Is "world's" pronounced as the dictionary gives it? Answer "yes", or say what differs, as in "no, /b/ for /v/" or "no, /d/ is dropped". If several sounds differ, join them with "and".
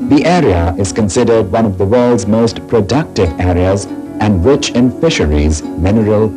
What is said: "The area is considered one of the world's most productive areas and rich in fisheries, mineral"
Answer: yes